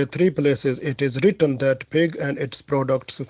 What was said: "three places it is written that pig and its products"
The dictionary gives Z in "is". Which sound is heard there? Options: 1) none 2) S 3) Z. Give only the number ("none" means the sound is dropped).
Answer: 3